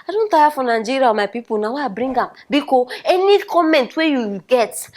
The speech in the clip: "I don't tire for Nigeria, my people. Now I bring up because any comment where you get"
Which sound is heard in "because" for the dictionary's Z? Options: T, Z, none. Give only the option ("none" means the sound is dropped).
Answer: none